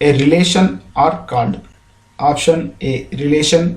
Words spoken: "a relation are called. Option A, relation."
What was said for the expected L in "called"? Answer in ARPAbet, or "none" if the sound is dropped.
N